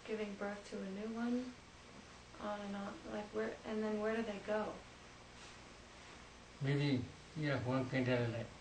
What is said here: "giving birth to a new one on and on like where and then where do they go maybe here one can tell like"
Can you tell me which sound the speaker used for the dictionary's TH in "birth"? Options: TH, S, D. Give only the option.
TH